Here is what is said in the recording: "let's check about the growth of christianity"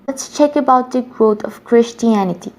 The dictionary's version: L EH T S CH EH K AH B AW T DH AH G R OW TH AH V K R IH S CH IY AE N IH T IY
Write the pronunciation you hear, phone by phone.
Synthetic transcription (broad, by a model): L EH T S CH EH K AH B AW T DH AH G R OW T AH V K R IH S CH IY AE N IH T IY